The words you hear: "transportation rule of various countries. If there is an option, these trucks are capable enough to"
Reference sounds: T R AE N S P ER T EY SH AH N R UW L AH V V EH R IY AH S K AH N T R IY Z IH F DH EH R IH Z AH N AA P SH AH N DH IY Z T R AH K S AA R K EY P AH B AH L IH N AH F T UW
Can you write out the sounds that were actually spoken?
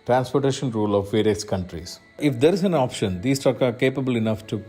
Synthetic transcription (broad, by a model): T R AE N S P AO T EY SH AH N R UW L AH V V EH R IY AH S K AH N T R IY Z IH F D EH R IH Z AH N AA P SH AH N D IY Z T AH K AA R K EY P AH B AH L IH N AH F T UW